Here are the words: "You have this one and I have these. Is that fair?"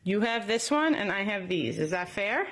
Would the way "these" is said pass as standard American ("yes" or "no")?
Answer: yes